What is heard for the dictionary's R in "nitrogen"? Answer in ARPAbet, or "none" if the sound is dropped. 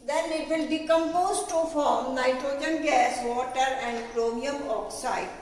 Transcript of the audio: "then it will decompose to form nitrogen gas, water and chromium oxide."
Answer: R